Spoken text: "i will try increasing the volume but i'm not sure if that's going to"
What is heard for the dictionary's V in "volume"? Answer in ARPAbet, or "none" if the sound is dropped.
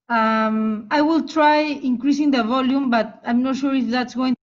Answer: V